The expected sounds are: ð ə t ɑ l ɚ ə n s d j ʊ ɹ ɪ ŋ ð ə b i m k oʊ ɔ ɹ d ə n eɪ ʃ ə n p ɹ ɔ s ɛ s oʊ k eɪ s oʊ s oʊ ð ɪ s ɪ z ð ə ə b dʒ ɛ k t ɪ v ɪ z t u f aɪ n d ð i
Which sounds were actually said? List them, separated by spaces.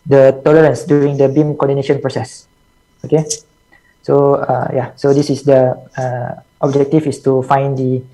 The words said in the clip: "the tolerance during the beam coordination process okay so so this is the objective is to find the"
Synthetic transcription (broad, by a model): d ə t ɑ l ɚ ə n s d j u ɹ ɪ ŋ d ə b i m k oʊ ɔ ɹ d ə n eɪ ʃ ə n p ɹ ɔ s ɛ s oʊ k eɪ s oʊ s oʊ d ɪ s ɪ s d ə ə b dʒ ɛ k t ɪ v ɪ s t u f aɪ n d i